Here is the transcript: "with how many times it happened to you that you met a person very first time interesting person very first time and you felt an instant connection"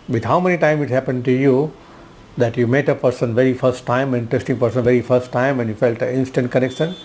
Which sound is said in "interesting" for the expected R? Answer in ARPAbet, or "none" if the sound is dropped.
none